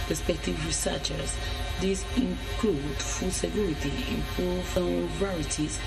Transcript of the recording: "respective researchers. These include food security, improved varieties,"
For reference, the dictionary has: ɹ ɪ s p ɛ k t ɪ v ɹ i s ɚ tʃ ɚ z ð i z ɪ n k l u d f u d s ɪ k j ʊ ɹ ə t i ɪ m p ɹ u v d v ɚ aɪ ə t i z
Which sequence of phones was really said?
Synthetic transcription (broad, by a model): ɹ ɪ s p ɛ k t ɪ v ɹ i s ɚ tʃ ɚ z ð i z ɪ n k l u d f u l s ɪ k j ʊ ɹ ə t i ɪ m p u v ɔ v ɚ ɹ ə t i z